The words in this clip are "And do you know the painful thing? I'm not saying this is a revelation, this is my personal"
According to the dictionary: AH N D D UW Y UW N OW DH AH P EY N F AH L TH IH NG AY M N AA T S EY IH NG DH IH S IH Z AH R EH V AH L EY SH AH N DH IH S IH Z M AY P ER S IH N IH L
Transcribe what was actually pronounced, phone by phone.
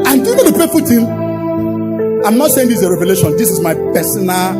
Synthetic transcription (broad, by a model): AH N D D UW Y UW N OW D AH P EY F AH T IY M AY M N AA T S EY IH NG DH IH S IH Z AH R EH V AH L EY SH AH N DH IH S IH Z M AY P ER S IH N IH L